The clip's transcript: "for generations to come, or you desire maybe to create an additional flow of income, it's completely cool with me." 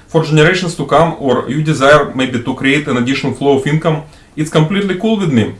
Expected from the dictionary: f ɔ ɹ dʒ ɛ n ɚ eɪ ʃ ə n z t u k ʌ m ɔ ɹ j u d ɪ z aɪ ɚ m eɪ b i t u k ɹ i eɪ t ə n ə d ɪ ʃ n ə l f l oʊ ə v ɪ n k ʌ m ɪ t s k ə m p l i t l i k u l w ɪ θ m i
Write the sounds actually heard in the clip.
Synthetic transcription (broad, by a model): f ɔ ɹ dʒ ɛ n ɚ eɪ ʃ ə n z t u k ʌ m ɔ ɹ j u d ɪ z aɪ ɚ m eɪ b i t u k ɹ i eɪ t ə n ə d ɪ ʃ ə n f l oʊ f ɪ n k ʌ m ɪ t s k ə m p l i t l i k u l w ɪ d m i